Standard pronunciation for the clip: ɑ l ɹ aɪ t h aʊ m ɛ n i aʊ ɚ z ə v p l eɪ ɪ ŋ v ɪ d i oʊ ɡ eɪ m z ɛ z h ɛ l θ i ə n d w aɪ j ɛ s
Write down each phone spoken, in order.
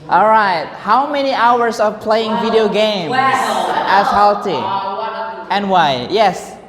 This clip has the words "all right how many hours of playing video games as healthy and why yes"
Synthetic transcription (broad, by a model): ɑ l ɹ aɪ t h aʊ m ɛ n i aʊ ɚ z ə p l eɪ ɪ ŋ v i d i oʊ ɡ eɪ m s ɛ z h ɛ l t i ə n w aɪ j ɛ s